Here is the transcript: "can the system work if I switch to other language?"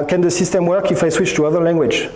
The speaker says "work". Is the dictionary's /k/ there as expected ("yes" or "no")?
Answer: yes